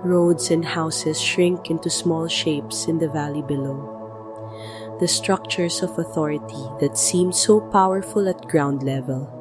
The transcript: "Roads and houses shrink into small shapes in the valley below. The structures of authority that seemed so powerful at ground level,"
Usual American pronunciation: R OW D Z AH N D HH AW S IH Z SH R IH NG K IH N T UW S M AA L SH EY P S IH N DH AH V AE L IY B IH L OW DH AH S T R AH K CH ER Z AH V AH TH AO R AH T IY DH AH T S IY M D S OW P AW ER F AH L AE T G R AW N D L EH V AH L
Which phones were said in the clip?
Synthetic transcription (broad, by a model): R OW D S AH N D HH AW S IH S SH R IH NG K IH N T UW S M AA L SH EY P S IH N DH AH V AE L IY B IH L OW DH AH S T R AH K CH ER S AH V AH TH AO R AH T IY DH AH T S IY M D S OW P AW ER F AH L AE T G R AW N D L EH V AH L